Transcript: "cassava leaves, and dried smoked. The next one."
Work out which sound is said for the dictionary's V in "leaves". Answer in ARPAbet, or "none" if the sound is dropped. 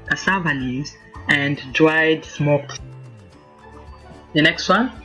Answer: none